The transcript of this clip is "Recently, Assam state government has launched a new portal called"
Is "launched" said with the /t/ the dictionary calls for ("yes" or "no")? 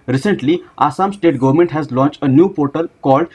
yes